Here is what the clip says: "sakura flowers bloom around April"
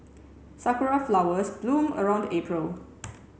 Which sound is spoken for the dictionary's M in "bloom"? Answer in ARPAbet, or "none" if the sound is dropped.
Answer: M